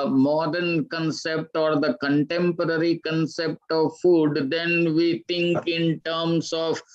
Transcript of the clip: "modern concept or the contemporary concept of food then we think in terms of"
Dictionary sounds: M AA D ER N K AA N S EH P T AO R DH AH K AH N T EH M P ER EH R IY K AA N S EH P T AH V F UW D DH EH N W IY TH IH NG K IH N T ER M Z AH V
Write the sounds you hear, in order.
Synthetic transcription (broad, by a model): M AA D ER N K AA N S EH P T AO R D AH K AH N T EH M P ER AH R IY K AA N S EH P T AH V F UW D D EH N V IY T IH NG K IH N T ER M S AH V